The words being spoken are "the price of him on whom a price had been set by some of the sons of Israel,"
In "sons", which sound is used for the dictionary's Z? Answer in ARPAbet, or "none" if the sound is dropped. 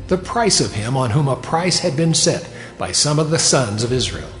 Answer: Z